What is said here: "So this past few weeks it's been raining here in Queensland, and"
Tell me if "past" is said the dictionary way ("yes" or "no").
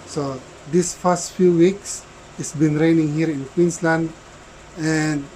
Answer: no